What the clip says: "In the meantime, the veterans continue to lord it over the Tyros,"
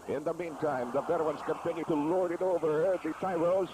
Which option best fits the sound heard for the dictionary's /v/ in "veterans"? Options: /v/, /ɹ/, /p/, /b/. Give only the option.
/b/